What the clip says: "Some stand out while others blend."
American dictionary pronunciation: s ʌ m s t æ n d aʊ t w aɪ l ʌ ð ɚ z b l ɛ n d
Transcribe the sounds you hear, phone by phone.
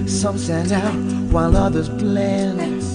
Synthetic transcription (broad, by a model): s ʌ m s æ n aʊ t w aɪ l ʌ ð ɚ z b l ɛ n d